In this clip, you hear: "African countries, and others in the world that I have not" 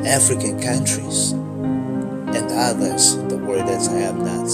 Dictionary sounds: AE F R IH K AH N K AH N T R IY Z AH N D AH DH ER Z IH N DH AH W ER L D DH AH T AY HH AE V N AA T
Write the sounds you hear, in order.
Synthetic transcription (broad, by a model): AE F R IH K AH N K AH N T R IY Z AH N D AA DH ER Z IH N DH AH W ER D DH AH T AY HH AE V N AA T